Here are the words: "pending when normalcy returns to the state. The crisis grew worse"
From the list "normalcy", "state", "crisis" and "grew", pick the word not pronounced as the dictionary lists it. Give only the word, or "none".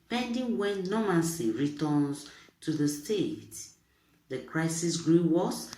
normalcy